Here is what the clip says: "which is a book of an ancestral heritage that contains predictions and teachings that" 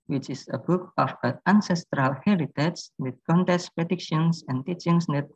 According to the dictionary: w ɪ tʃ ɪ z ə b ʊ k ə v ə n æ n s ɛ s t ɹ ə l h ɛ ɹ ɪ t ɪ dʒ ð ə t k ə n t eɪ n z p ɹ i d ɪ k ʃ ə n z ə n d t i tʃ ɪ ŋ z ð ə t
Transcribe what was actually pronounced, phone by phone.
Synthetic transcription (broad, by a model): w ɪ tʃ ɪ s ə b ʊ k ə f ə æ n s ɛ s t ɹ ə l h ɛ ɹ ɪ t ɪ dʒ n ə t k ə n t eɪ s p ɹ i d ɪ k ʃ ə n s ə n t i tʃ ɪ ŋ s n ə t